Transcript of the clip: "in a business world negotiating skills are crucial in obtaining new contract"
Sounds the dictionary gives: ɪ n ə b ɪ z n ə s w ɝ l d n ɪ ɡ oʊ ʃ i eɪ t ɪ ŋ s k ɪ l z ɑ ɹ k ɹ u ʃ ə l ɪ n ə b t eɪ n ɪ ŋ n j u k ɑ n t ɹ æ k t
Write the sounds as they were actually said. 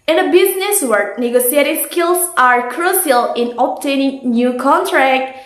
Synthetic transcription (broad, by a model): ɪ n ə b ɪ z n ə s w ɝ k n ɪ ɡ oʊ s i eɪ t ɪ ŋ s k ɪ l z ɑ ɹ k ɹ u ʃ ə l ɪ n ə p t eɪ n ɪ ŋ n j u k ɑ n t ɹ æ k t